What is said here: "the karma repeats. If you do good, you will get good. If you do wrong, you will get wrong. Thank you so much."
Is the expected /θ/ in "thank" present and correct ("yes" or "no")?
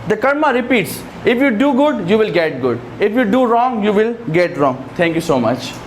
no